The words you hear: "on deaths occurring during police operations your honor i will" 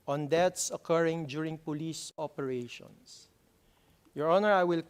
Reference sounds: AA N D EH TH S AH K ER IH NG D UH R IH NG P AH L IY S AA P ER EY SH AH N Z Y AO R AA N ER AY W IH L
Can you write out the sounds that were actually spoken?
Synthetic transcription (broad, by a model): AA N D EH T S AH K ER IH NG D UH R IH NG P AH L IY S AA P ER EY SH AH N S Y AO R AA N ER AY W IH L